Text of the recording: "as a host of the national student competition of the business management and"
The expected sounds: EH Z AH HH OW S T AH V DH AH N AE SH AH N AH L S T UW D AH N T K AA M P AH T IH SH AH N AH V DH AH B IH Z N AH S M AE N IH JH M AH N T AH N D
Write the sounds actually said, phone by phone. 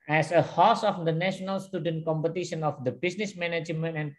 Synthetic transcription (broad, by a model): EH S AH HH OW S AH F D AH N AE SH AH N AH L S T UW D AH N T K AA M P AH T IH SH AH N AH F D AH B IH S N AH S M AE N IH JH M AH N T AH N